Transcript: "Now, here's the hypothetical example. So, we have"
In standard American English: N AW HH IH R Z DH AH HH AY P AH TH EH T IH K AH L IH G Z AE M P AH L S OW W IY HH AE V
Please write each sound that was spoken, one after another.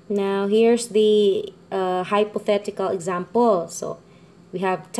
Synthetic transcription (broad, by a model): N AW HH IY R S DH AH HH AY P AH TH EH T IH K AH L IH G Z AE M P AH L S OW W IY HH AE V